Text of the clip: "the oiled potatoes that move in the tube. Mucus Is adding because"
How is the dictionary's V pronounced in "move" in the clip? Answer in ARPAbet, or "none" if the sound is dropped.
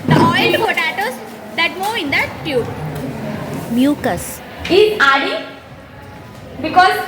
none